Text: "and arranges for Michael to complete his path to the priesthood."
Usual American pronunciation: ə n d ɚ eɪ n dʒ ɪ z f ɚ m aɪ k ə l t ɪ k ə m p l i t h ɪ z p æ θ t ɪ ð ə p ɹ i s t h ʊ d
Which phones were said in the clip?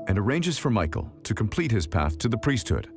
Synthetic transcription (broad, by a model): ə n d ɚ eɪ n dʒ ɪ z f ɚ m aɪ k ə l t ɪ k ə m p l i t h ɪ z p æ θ t ɪ ð ə p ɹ i s t h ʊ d